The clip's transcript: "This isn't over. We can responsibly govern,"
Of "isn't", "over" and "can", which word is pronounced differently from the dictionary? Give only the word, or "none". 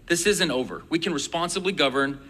none